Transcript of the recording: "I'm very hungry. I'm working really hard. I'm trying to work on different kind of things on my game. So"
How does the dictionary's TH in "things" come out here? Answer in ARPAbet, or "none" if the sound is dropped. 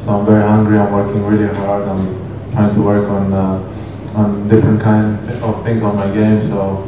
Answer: T